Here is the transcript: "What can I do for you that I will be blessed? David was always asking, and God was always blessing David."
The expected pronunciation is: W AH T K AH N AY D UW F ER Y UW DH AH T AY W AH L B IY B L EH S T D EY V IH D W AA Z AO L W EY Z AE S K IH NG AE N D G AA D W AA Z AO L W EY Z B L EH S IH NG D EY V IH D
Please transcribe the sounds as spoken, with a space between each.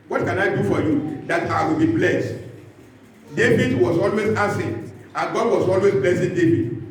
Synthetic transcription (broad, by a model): W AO T K AH N AY D UW F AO Y UW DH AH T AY W AH L B IY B L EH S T D EY V IH D W AA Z AO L W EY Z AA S IH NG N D G AA D W AA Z AO L W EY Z B L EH S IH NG D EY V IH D